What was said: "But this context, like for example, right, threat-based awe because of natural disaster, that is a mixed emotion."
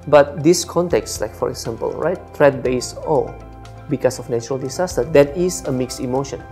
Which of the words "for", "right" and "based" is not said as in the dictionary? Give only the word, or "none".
based